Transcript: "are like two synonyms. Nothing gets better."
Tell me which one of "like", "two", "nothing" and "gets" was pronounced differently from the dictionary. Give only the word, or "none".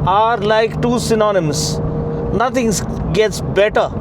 nothing